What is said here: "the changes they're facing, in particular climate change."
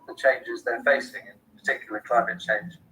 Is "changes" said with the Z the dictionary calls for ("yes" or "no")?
yes